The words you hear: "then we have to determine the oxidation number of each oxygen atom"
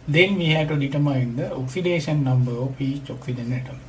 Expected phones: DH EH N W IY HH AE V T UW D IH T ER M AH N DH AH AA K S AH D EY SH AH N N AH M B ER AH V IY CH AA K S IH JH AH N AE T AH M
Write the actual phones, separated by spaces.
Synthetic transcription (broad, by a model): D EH N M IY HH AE T UW D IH T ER M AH N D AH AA K S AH D EY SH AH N N AH M B ER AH P IY CH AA K S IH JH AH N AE T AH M